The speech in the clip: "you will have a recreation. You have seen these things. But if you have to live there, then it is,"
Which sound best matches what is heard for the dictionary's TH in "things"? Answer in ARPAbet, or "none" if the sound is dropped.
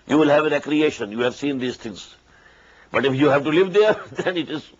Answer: T